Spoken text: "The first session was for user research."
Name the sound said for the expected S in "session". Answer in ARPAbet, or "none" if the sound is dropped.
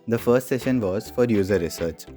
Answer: S